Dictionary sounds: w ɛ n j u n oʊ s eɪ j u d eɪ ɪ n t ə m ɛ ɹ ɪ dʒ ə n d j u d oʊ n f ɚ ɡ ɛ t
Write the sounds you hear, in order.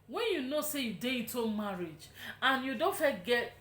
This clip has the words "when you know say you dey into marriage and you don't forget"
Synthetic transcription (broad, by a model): w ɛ n j u n oʊ s eɪ j u d eɪ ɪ t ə m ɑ ɹ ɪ dʒ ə n j u d oʊ n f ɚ ɡ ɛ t